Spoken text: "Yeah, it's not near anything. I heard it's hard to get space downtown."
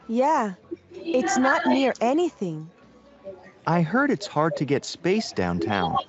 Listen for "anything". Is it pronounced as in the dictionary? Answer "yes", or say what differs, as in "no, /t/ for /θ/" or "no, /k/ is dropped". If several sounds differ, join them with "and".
yes